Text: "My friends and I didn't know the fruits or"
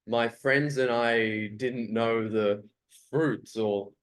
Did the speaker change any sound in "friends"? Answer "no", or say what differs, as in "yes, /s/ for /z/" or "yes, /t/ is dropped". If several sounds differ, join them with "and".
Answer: no